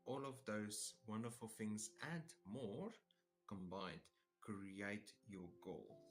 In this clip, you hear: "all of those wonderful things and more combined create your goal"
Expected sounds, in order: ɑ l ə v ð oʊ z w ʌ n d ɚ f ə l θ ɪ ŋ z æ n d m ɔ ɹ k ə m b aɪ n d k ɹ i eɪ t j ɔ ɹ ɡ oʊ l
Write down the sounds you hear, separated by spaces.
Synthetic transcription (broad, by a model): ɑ l ə v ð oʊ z w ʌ n d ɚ f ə l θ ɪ ŋ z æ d m ɔ ɹ k ə m b aɪ n d k ɹ i eɪ t j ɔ ɡ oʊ l